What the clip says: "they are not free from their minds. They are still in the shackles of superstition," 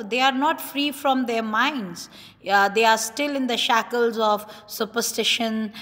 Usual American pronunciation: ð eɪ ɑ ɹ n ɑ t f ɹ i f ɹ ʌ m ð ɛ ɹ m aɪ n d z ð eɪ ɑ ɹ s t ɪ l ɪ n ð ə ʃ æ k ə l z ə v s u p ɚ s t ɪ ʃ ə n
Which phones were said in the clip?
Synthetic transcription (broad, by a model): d eɪ ɑ ɹ n ɑ t f ɹ i f ɹ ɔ m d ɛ ɹ m aɪ n d z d eɪ ɑ ɹ s t ɪ l ɪ n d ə ʃ æ k ə l z ə v s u p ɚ s t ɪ ʃ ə n